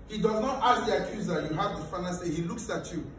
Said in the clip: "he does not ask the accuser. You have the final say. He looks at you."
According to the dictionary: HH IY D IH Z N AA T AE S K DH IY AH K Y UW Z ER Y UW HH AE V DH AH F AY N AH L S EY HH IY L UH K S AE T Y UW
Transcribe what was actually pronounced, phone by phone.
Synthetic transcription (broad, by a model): HH IY D IH Z N AA T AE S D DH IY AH K Y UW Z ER Y UW HH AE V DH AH F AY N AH N S EY HH IY L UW K S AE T Y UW